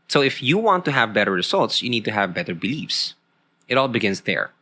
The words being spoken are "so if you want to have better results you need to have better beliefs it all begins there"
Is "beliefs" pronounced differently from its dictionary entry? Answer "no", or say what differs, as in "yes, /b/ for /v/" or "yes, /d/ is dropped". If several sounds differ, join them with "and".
no